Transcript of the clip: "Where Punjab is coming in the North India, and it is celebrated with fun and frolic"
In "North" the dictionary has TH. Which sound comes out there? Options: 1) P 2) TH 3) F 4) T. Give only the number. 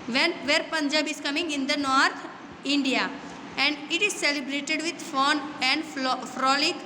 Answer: 4